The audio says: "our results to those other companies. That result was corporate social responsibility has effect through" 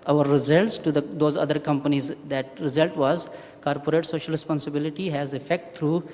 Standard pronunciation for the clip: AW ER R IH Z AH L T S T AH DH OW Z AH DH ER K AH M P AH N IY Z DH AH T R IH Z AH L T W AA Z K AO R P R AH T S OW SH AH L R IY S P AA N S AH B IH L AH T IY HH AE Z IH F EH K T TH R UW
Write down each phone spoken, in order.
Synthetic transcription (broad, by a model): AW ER R IH Z AH L T S T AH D OW Z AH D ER K AH M P AH N IY Z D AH T R IH Z AH L T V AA Z K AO R P R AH T S OW SH AH L R IY S P AA N S AH B IH L AH T IY HH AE Z IH F EH K T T R UW